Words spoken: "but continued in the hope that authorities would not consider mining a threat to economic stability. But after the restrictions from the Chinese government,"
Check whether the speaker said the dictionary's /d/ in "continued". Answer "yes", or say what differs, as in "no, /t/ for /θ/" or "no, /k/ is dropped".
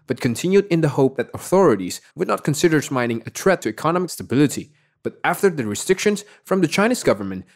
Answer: yes